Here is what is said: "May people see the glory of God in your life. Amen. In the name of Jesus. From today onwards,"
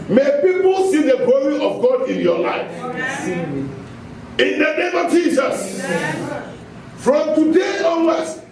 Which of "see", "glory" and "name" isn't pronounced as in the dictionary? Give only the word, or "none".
none